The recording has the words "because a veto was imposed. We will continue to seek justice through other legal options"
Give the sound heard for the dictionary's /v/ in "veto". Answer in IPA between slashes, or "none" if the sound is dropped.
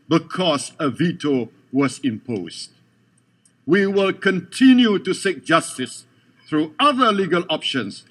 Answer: /v/